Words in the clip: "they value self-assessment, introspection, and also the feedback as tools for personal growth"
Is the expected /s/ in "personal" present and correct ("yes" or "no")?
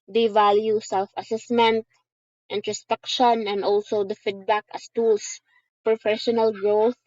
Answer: no